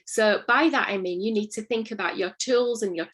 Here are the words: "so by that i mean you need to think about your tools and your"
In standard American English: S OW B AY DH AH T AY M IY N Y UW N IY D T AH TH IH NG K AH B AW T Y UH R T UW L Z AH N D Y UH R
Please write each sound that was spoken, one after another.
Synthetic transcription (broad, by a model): S OW B AY DH AH T AY M IY N Y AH N IY D T AH TH IH NG K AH B AW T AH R T UW L Z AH N Y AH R